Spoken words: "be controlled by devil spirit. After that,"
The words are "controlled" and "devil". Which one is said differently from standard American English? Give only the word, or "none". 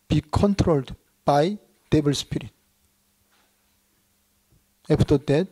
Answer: devil